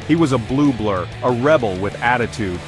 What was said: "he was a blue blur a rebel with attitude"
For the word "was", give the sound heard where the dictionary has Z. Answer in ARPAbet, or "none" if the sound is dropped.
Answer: Z